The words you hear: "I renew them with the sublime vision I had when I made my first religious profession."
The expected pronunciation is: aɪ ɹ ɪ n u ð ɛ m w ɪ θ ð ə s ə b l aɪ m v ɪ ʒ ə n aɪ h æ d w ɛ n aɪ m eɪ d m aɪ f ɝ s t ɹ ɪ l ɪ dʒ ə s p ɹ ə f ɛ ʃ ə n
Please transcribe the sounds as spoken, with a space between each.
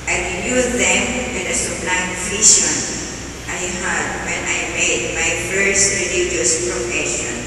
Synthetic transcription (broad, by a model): aɪ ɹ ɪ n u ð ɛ m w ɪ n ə s ə b l aɪ m f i ʃ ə n aɪ h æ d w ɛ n aɪ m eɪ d m aɪ f ɝ s t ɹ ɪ l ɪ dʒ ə s p ɹ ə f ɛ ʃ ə n